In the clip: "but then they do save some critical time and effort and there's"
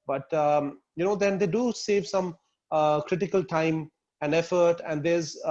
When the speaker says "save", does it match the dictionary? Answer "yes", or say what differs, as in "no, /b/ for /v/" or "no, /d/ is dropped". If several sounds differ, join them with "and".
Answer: yes